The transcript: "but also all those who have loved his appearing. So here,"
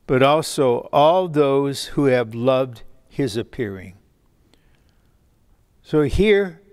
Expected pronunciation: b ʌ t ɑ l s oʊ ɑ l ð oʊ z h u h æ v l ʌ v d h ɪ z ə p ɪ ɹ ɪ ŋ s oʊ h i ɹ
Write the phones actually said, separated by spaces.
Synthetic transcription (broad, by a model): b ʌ t ɑ l s oʊ ɑ l ð oʊ z h u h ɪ v l ʌ v d h ɪ z ə p ɪ ɹ ɪ ŋ s oʊ h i ɹ